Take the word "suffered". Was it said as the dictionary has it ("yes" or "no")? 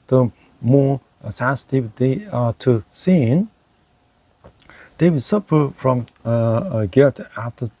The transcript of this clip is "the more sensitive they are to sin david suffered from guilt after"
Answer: no